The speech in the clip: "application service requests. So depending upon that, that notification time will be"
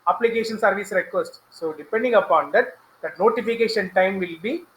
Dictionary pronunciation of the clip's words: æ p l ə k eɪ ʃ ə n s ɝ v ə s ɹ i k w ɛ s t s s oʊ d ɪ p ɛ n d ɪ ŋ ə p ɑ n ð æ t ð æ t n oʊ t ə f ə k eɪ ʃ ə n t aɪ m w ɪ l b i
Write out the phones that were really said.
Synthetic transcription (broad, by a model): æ p l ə k eɪ ʃ ə n s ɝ v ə s ɹ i k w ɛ s t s s oʊ d ɪ p ɛ n d ɪ ŋ ə p ɑ n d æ t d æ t n oʊ t ə f ə k eɪ ʃ ə n t aɪ m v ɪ l b i